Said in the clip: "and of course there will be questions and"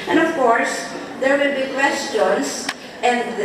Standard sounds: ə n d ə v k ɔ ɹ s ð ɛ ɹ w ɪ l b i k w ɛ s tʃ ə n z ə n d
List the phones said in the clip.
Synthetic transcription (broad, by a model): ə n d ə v k ɔ ɹ s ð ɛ ɹ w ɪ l b i k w ɛ s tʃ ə n s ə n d